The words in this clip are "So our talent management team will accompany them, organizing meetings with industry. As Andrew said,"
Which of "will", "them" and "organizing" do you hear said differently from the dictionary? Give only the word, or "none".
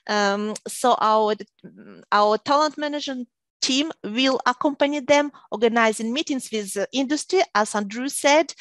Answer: none